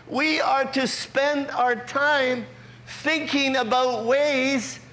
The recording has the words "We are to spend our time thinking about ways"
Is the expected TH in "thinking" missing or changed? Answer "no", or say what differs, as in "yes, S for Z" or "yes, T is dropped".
no